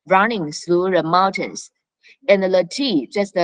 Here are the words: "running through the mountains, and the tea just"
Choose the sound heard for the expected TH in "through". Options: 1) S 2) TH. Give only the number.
1